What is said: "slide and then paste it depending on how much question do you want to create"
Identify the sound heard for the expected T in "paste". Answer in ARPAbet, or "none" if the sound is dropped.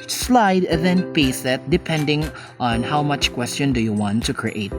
none